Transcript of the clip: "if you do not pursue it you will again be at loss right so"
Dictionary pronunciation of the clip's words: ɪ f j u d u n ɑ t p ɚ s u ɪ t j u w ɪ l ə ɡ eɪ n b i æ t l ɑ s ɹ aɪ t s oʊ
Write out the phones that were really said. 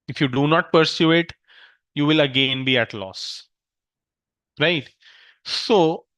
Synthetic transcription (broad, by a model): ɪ f j u d u n ɑ t p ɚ s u ɪ t j u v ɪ l ə ɡ eɪ n b i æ t l ɑ s ɹ aɪ t s oʊ